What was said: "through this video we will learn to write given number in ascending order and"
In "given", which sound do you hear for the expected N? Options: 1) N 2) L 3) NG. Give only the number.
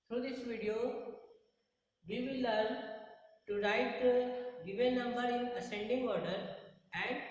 2